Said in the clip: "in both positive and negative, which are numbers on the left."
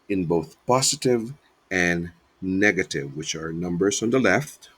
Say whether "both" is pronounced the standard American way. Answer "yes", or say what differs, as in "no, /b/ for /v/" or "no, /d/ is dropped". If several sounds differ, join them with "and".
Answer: yes